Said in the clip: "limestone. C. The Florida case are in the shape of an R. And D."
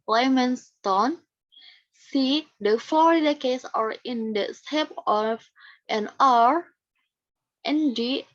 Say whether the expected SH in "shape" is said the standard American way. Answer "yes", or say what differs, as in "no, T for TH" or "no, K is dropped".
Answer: no, S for SH